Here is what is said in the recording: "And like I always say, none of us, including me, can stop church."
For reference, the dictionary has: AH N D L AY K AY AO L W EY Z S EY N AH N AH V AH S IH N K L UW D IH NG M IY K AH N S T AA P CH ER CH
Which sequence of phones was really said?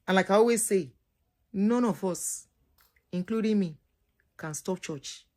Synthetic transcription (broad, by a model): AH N L AY K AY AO W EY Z S EY N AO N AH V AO S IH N K L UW D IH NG M IY K AH N S T AA P CH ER CH